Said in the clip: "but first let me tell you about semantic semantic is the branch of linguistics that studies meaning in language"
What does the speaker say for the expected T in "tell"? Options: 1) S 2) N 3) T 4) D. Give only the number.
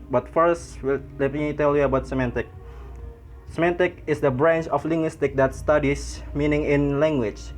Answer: 3